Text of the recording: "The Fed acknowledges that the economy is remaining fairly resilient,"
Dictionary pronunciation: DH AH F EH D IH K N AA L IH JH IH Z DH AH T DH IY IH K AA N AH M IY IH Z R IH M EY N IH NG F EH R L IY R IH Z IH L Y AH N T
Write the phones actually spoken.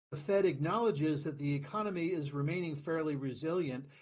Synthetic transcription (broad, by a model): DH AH F EH D IH K N AA L IH JH IH Z DH AH T DH IY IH K AA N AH M IY IH Z R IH M EY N IH NG F EH R L IY R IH Z IH L Y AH N T